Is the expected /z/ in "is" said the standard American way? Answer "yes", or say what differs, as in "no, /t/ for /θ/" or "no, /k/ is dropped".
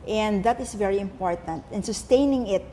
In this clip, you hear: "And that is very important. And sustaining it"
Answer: no, /s/ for /z/